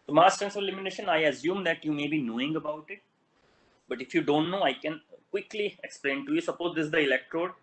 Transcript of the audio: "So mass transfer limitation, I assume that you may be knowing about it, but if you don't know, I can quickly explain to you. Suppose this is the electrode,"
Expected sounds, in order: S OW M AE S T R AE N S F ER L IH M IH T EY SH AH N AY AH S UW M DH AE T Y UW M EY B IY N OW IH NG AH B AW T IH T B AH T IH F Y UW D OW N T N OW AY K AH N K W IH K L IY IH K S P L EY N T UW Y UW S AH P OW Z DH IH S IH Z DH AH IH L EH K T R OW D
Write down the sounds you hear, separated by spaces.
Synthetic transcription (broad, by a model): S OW M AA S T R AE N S ER L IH M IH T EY SH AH N AY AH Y UW M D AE T Y UW M EY B IY N OW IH NG AH B AW T IH T B AH T IH F Y UW D OW N T N OW AY K AH N K W IH K L IY IH K S P L EY N T UW Y UW S AH P OW Z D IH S IH Z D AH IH L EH K T R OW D